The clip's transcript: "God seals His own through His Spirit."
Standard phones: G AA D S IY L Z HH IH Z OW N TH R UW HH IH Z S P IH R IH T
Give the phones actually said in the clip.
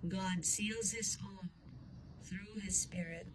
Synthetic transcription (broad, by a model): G AA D S IY L Z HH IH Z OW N TH R UW IH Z S P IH R IH T